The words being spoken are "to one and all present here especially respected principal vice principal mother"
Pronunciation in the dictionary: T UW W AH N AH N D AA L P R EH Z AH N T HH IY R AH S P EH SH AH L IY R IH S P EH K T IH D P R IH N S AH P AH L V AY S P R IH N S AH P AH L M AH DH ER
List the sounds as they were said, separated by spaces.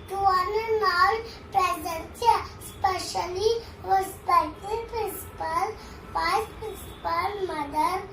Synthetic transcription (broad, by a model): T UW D N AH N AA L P R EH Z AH T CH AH S P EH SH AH L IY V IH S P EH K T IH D P R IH N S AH P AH L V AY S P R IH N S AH P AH L M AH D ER